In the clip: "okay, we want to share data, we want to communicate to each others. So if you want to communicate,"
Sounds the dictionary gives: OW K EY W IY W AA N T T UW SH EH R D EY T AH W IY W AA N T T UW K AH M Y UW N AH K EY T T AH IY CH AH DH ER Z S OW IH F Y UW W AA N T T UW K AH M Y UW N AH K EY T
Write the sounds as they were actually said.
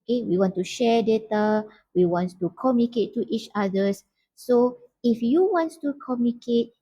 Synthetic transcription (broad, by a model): K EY W IY W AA N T T UW SH EH D EY T AH W IY W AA N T T UW K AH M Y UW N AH K EY T T IY CH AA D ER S S OW IH F Y UW W AA N T T UW K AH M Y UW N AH K EY T